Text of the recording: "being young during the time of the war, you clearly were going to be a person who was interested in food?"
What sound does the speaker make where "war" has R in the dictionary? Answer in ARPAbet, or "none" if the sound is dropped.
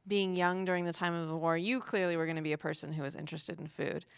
R